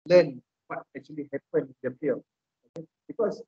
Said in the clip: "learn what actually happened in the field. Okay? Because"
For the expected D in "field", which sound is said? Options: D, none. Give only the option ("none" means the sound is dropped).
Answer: none